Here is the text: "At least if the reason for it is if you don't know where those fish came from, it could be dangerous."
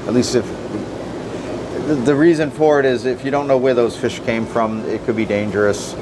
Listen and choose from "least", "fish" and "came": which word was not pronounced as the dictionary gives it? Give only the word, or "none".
none